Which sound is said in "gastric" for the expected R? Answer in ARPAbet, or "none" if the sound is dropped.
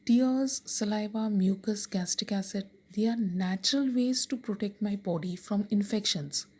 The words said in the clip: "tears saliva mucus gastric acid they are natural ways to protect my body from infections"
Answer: none